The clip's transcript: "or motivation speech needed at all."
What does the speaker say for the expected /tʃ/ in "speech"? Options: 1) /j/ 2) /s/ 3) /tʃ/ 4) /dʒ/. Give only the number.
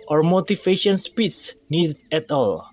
2